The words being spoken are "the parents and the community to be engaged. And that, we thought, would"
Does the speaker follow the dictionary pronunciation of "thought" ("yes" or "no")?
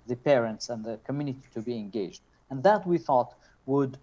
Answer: yes